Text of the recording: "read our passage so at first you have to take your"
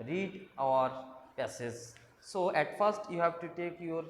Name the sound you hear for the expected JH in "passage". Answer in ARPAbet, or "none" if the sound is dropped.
Z